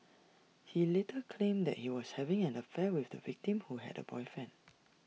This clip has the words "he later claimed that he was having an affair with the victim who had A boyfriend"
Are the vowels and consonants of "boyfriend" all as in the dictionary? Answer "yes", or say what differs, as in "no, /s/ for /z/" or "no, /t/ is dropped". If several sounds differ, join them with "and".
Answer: no, /ɹ/ is dropped and /d/ is dropped